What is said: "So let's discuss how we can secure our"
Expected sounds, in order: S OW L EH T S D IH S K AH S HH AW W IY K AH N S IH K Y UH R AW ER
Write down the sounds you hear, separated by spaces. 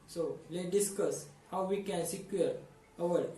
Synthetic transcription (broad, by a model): S OW L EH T D IH S K AH S HH AW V IY K AH N S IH K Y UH R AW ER